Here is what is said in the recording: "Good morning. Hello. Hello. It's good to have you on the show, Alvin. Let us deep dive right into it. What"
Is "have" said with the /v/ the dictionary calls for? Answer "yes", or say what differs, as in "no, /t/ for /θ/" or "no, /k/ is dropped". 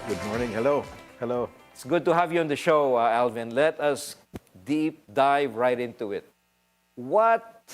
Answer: yes